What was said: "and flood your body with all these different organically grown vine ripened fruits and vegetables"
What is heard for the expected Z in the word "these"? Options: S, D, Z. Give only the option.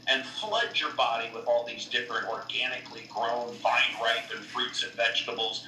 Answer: Z